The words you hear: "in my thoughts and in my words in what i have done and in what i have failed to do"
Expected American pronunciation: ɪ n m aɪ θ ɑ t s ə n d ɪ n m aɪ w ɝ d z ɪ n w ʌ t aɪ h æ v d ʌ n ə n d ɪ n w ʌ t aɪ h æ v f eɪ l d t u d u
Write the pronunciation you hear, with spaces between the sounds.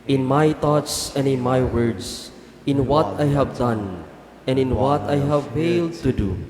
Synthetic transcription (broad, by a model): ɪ n m aɪ t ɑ t s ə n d ɪ n m aɪ w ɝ d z ɪ n w ʌ t aɪ h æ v d ʌ n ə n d ɪ n w ʌ t aɪ h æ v f eɪ l d t u d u